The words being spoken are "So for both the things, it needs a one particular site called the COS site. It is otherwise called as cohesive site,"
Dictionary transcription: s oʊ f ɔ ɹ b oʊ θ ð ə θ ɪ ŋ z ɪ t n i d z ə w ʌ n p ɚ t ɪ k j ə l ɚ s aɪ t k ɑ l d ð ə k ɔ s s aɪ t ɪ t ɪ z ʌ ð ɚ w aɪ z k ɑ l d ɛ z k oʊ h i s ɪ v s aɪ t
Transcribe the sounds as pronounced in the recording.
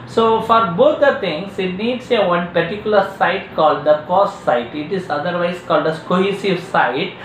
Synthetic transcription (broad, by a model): s oʊ f ɔ ɹ b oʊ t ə t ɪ ŋ s ɪ t n i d s ə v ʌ n p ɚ t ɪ k j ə l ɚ s aɪ t k ɑ l d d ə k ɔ s s aɪ t ɪ t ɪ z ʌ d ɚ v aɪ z k ɑ l d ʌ s k oʊ h i s ɪ v s aɪ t